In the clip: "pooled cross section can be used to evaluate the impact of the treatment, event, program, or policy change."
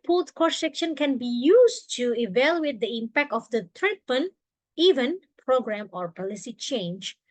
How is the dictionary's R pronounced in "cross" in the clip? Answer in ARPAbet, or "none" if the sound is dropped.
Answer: none